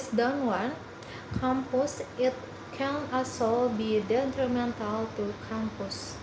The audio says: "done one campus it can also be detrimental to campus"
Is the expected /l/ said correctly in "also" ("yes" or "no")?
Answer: no